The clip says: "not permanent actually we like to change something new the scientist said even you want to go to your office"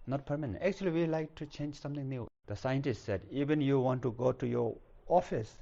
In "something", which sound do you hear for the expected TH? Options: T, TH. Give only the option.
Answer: T